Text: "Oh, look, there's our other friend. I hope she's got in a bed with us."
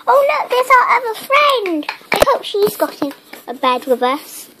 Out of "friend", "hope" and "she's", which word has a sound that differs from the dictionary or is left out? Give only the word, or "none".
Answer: none